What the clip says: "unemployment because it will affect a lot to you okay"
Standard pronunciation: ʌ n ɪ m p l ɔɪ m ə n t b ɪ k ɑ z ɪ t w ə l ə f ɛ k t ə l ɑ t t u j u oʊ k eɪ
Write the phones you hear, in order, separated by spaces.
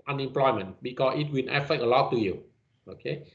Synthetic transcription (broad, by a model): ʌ n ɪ m p l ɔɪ m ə n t b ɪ k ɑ s ɪ t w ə n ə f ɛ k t ə l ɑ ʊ t u j u oʊ k eɪ